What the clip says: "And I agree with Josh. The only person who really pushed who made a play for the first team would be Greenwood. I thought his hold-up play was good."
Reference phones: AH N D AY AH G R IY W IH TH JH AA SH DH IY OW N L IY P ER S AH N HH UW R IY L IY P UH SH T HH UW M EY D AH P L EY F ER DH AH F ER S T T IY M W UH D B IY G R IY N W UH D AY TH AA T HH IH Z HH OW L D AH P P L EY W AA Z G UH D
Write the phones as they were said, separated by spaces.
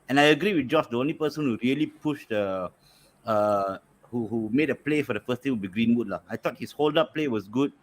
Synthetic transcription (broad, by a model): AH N AY AH G R IY W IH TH JH AA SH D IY OW N L IY P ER S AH N HH UW R IY L IY P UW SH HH HH UW M EY D AH P L EY F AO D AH F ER S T T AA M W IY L B IY G R IY N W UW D AY T AA T HH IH S HH OW L D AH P P L EY W AA S G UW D